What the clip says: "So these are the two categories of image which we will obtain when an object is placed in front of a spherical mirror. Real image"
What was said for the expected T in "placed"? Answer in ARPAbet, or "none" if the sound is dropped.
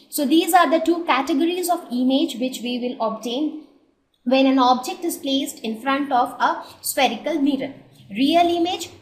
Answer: T